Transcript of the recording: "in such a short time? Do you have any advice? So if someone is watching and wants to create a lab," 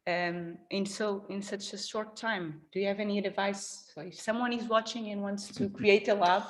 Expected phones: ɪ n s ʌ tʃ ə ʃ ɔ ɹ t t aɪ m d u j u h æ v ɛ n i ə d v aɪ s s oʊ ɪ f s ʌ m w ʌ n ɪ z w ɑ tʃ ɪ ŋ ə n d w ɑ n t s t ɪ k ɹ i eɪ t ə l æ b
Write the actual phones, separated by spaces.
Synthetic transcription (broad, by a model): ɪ n s ʌ tʃ ə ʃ ɔ ɹ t t aɪ m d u j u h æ v ɛ n i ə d v aɪ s s oʊ ɪ f s ʌ m w ʌ n ɪ z w ɑ tʃ ɪ ŋ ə n w ɑ n t s t ɪ k ɹ i eɪ t ə l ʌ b